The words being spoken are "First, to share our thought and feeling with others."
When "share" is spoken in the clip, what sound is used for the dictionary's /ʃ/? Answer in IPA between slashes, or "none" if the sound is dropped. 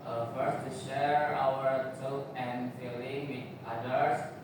/ʃ/